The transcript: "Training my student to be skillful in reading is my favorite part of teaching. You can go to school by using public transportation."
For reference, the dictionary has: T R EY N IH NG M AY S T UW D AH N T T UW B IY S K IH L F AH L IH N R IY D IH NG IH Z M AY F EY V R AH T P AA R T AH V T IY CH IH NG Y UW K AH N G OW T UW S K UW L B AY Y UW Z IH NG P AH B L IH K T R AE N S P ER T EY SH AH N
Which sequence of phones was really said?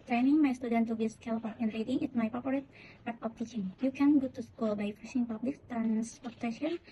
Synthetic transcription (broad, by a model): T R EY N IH NG M AY S T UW D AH N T T UW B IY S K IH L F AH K IH N R IY D IH NG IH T M AY P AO P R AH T P AA R T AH F T IY CH IH NG Y UW K AH N G OW T UW S K UW L B AY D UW S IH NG P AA B L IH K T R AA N S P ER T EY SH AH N